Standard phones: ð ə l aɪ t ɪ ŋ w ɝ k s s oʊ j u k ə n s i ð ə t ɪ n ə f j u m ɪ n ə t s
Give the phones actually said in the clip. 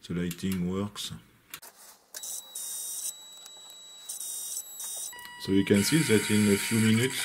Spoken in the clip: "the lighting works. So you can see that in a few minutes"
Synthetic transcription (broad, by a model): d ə l aɪ t ɪ ŋ w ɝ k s s oʊ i k ə n s i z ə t ɪ n ə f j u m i n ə t